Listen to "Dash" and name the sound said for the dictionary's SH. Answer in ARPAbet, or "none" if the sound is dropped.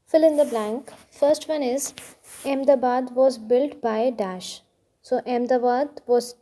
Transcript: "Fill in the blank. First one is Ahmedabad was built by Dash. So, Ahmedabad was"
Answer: SH